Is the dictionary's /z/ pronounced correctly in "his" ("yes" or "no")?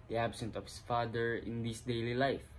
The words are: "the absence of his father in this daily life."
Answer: no